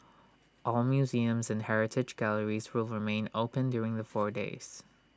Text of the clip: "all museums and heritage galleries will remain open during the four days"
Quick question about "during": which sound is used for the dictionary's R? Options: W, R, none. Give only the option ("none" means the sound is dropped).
R